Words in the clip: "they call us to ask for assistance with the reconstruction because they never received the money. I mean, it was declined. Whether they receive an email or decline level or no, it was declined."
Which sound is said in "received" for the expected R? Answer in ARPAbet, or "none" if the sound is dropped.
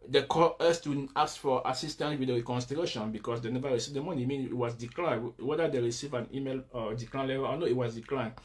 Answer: R